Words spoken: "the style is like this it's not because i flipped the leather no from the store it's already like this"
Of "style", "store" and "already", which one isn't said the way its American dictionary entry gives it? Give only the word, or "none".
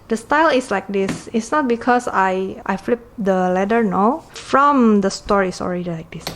none